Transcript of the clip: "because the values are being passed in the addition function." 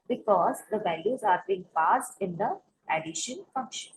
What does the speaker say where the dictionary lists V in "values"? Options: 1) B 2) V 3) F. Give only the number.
2